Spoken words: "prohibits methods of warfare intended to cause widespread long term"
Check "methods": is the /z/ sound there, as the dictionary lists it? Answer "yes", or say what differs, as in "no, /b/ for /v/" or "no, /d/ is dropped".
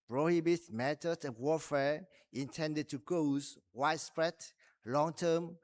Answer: no, /z/ is dropped